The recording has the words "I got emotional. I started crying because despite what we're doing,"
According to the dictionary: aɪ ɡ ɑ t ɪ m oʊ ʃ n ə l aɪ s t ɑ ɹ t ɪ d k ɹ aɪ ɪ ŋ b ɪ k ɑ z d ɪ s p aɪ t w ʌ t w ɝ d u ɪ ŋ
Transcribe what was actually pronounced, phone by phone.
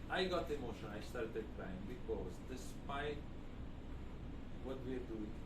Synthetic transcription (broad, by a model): aɪ ɡ ɑ t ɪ m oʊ ʃ ə n aɪ s t ɑ ɹ t ɪ d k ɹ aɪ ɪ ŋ b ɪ k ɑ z d ɪ s p aɪ t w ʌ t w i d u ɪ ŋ